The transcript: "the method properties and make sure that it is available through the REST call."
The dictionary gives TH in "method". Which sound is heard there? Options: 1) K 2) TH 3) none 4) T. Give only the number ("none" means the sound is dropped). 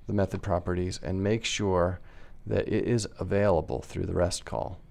2